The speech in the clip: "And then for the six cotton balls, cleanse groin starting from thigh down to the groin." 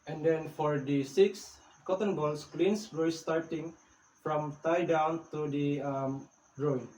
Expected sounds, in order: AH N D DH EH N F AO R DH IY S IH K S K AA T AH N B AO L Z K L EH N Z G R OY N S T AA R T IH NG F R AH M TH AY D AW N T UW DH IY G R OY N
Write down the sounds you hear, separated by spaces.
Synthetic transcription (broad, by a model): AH N D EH N F AO R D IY S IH K S K AA T AH N B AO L S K L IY N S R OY S T AA R T IH NG F R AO M T AY D AW N T UW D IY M R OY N